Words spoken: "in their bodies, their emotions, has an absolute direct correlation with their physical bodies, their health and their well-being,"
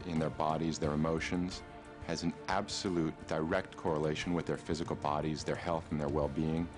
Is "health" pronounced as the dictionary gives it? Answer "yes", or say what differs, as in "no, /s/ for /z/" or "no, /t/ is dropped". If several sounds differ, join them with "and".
yes